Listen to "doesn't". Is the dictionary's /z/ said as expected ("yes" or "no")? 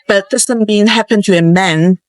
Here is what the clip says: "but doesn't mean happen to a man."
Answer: no